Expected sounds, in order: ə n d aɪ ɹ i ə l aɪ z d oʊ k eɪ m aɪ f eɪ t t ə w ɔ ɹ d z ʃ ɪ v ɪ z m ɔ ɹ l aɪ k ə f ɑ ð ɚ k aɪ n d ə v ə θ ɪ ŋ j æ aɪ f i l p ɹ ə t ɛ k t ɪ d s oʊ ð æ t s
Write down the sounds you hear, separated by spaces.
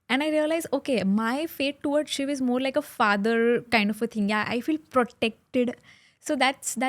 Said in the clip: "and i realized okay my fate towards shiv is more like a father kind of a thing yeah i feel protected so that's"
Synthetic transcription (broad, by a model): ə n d aɪ ɹ i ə l aɪ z oʊ k eɪ m aɪ f eɪ t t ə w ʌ ɹ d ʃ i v ɪ z m ɔ ɹ l aɪ k ə f ɑ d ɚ k aɪ n d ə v ə t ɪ ŋ j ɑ aɪ f i l p ɹ ə t ɛ k t ɪ d s oʊ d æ t s